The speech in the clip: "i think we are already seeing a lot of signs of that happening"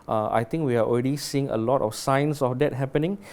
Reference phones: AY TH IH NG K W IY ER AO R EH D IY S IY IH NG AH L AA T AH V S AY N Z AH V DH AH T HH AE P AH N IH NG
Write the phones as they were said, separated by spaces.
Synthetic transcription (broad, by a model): AY T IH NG K W IY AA AO R EH D IY S IY IH NG AH L AA T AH F S AY N S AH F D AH T HH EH P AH N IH NG